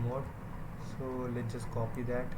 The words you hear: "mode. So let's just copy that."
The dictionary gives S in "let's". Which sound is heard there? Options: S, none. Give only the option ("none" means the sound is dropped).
none